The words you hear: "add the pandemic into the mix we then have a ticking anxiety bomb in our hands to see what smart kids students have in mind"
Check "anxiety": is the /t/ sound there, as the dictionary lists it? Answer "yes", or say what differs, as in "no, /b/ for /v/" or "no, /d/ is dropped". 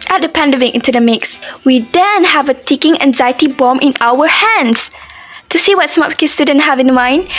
yes